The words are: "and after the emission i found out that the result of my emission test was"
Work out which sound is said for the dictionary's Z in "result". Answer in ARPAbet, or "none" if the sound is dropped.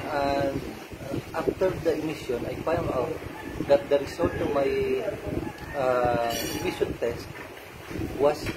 S